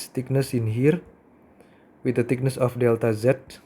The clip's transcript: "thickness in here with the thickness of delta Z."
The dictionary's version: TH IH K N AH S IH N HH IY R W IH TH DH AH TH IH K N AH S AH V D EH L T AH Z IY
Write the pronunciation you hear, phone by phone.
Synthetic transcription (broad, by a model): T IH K N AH S IH N HH IY R W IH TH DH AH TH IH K N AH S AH F D EH L T AH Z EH